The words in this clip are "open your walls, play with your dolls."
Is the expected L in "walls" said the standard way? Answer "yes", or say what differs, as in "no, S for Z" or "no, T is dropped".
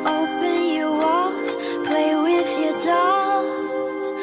no, L is dropped